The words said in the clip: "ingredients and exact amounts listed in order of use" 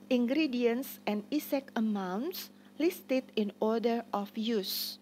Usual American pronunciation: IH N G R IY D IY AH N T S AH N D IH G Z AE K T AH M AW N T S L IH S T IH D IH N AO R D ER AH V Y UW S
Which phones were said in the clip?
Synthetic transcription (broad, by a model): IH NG G R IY D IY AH N S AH N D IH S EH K AH M AW N T S L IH S T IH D IH N AO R D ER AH F Y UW S